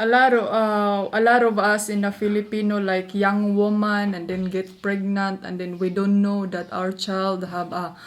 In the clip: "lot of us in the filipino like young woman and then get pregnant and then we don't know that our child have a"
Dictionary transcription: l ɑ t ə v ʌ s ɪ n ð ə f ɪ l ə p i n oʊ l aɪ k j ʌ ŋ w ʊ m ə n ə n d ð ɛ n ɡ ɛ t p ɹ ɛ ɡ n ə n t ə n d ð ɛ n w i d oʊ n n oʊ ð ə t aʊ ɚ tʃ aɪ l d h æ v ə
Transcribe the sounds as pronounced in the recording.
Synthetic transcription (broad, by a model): l ɑ t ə b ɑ s ɪ n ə f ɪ l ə p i n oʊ l aɪ k j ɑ ŋ w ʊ m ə n ə n d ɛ n ɡ ɛ t p ɹ ɛ ɡ n ə n t ə n d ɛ n w i d oʊ n n oʊ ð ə t aʊ ɚ tʃ aɪ l d h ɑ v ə